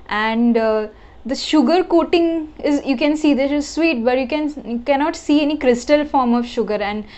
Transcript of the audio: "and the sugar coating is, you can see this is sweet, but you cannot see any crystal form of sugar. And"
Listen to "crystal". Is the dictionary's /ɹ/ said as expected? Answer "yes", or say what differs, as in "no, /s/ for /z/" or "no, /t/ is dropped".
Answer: yes